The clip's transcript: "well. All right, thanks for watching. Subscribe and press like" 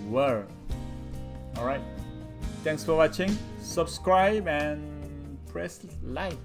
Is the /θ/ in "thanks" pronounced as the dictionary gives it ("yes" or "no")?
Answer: no